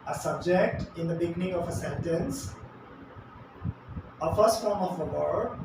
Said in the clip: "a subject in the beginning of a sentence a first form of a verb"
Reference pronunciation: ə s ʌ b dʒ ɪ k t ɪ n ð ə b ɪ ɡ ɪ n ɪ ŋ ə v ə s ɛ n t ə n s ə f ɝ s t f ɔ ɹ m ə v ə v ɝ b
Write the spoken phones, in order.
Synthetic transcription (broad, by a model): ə s ʌ b dʒ ɪ k t ɪ n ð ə b ɪ ɡ ɪ n ɪ ŋ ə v ə s ɛ n t ə n s ə f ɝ s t f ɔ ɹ m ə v ə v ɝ